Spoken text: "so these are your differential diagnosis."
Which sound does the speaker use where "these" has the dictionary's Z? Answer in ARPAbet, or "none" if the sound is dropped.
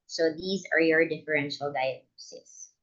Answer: Z